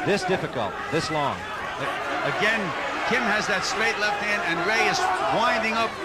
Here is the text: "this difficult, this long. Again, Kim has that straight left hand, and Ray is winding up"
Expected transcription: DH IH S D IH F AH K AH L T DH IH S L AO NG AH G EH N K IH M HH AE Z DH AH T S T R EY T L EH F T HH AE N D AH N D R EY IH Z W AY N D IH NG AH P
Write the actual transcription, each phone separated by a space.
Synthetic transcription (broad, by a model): DH IH S D IH F AH K AH L T DH IH S L AO NG AH G EH N K IH M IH Z DH AH T S T R EY T L EH F T HH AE N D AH N R EY IH Z W AY N D IH NG AH P